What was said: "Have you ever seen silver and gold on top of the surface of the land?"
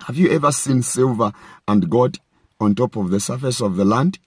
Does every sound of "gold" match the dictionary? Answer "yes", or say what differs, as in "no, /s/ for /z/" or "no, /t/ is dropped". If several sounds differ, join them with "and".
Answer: no, /l/ is dropped